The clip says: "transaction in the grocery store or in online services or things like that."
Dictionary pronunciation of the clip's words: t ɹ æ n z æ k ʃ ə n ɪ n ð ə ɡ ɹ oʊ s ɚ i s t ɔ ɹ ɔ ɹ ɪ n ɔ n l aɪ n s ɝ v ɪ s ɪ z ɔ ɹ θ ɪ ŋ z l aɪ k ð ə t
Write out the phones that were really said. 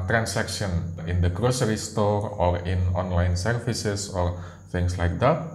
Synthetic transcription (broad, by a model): t ɹ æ n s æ k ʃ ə n ɪ n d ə ɡ ɹ oʊ s ɚ i s t ɔ ɹ ɔ ɹ ɪ n ɔ n l aɪ n s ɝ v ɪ s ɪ s ɔ ɹ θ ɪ ŋ s l aɪ k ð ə t